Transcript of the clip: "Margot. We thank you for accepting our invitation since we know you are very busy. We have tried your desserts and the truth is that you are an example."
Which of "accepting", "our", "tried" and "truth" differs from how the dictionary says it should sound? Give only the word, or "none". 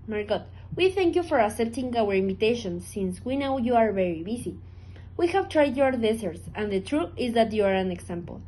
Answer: accepting